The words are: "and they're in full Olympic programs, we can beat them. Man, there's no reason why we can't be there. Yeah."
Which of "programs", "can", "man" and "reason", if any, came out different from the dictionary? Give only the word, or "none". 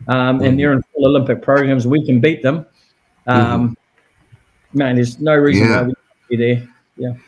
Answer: none